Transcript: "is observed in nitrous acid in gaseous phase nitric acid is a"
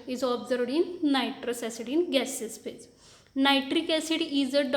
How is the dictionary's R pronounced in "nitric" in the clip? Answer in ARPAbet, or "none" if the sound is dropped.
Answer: R